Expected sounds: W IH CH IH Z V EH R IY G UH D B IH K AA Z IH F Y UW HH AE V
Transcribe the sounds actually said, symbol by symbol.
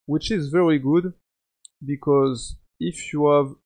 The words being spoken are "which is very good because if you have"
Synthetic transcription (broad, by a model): W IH CH IH Z V EH R IY G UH D B IH K AA Z IH F Y UW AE V